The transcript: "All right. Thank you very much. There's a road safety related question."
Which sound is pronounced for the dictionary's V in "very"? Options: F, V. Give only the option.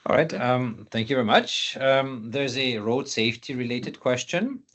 V